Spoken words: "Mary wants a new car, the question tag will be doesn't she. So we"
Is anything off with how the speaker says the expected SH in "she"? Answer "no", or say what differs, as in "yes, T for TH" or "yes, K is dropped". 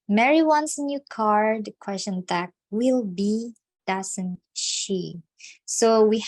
no